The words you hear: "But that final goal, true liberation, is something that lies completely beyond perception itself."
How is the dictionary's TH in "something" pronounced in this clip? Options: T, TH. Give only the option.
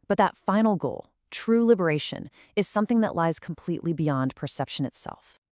TH